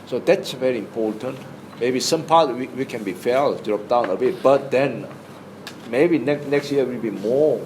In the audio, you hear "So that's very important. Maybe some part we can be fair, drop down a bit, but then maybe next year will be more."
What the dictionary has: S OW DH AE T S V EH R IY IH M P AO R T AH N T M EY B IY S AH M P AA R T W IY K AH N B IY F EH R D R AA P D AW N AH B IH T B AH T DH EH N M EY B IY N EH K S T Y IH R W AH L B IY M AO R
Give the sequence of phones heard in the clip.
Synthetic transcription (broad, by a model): S OW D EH T S V EH R IY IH M P AO T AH N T M EY B IY S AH M P AA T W W IY K AH N B IY F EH L D R AA P D AW N AH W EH B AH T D EH N M EY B IY N EH K S T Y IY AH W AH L B IY M AO